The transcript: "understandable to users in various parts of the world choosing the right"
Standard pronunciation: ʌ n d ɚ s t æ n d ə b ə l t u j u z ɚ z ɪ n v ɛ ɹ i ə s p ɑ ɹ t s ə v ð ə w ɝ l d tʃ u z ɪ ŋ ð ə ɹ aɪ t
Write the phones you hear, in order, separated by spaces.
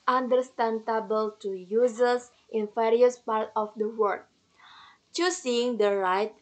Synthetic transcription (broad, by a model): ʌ n d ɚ s t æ n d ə b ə l t u j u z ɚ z ɪ n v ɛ ɹ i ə s p ɑ ɹ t ə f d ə w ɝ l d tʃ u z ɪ ŋ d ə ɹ aɪ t